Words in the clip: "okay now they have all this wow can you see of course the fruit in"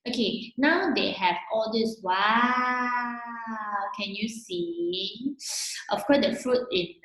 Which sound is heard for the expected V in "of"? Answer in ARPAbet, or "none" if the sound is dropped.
F